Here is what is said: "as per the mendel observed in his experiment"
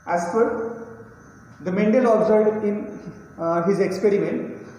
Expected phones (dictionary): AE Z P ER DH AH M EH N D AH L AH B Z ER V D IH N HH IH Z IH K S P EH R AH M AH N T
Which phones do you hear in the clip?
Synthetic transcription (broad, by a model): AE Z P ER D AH M EH N D AH L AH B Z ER D IH N HH IH Z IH K S P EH R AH M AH N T